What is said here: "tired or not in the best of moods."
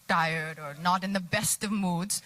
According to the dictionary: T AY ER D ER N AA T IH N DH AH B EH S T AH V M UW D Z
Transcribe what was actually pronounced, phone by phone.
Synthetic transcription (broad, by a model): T AY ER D ER N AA T IH N DH AH B EH S T AH V M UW D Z